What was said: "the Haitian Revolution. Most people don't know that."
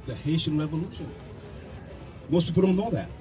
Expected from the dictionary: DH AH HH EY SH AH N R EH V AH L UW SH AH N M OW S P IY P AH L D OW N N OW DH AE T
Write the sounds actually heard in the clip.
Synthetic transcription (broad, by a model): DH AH HH EY SH AH N R EH V AH L UW SH AH N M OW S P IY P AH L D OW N L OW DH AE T